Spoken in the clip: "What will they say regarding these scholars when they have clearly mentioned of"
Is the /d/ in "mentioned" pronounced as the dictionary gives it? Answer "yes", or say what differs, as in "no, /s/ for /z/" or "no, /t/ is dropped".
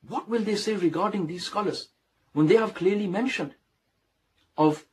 yes